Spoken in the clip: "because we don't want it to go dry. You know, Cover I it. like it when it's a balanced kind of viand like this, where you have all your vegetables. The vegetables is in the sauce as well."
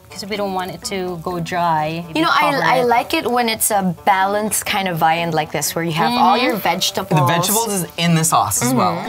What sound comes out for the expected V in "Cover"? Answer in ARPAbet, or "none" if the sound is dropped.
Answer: none